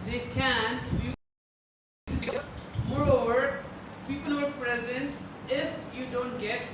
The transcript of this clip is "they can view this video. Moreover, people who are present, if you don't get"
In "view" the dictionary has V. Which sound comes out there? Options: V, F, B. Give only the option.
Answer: F